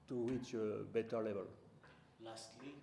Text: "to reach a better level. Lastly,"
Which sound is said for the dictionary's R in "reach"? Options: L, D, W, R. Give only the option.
W